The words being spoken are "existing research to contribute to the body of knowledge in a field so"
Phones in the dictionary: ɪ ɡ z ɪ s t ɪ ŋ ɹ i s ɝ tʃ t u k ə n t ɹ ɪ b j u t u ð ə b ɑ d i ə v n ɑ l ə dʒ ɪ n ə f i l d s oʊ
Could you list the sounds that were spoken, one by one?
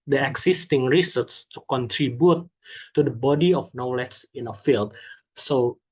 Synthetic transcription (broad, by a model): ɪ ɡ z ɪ s t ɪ ŋ ɹ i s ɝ s t u k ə n t ɹ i b j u t u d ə b ɑ d i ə f n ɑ l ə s ɪ n ə f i l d s oʊ